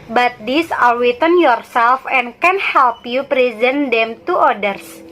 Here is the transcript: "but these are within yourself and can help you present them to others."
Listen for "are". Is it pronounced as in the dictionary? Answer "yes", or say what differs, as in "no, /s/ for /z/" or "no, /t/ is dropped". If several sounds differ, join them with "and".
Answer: no, /l/ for /ɹ/